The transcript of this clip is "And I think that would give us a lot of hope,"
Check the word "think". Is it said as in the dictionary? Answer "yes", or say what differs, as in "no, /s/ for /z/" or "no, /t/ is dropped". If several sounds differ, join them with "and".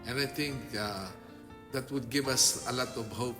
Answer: no, /t/ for /θ/